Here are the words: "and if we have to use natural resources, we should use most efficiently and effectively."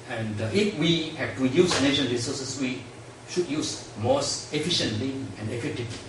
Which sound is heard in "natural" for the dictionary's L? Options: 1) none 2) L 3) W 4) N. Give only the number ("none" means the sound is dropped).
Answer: 4